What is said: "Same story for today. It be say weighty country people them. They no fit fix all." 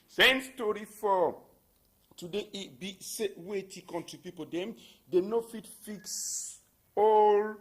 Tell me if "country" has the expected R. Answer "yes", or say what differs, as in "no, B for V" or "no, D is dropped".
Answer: no, R is dropped